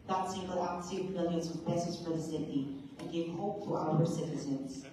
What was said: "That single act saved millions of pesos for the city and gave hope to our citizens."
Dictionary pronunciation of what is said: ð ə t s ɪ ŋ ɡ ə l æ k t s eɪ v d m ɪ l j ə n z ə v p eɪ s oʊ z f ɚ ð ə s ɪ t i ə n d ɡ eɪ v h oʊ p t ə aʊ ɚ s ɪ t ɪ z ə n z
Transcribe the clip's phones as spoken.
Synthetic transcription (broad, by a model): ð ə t s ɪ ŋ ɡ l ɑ t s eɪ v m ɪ l j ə n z ə v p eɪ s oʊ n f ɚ ð ə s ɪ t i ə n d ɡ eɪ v h oʊ p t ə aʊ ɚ s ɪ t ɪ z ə n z